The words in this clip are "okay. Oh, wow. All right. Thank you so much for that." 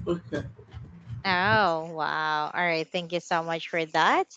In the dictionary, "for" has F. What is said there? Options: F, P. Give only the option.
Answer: F